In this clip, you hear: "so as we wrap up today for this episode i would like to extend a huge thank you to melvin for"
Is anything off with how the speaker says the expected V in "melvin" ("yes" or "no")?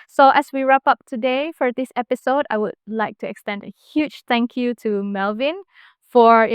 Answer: no